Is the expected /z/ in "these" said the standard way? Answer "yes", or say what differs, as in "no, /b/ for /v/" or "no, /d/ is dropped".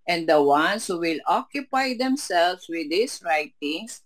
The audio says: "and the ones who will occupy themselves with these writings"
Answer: no, /s/ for /z/